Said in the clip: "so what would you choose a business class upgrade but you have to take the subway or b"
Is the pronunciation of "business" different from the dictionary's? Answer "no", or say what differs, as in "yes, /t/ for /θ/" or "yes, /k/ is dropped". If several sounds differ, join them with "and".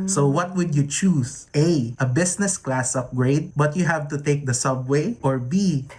yes, /s/ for /z/